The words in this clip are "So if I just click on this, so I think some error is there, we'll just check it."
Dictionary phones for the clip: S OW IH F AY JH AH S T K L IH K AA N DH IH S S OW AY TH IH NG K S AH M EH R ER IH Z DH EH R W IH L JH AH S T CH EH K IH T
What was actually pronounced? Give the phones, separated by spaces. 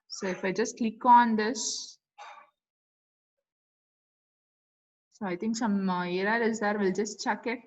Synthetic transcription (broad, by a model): S OW IH F AY JH AH S T K L IH K AA N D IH S S OW AY T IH NG K S AH M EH R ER IH Z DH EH R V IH L JH AH S T CH EH K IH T